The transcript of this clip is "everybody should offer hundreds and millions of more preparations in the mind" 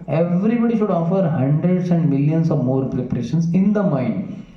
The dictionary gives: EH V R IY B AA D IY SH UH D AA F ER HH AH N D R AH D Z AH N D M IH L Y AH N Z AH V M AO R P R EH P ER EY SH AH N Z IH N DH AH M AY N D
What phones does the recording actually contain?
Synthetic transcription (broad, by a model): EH V R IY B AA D IY SH UH D AA F ER HH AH N D R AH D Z AH N D M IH L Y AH N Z AH V M AO R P R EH P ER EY SH AH N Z IH N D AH M AY N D